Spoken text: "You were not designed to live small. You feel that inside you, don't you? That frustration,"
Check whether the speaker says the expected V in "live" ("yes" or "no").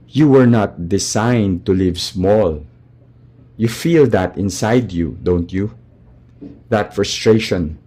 yes